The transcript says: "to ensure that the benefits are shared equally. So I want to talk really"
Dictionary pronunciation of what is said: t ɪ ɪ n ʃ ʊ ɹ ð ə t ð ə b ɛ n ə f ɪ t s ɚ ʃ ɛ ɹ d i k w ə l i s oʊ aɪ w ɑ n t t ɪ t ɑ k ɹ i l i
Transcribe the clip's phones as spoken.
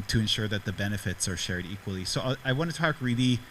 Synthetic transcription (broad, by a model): t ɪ ɪ n ʃ ʊ ɹ ð ə t ð ə b ɛ n ə f ɪ t s ɚ ʃ ɛ ɹ d i k w ə l i s oʊ aɪ w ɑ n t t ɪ t ɑ k ɹ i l i